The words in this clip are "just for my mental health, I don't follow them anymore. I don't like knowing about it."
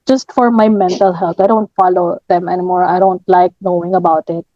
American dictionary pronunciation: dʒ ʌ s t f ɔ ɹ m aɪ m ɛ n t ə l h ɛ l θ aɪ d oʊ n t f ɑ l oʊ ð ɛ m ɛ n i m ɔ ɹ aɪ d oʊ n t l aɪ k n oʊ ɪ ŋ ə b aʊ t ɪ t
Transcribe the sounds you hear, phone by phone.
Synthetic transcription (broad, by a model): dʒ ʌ s t f ɔ ɹ m aɪ m ɛ n t ə l h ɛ l t aɪ d oʊ n t f ɑ l oʊ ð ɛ m ɛ n i m ɔ ɹ aɪ d oʊ n t l aɪ k n oʊ ɪ ŋ ə b aʊ t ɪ t